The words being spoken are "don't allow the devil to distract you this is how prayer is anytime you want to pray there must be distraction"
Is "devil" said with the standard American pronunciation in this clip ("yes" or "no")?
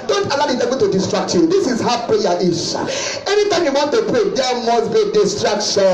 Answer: no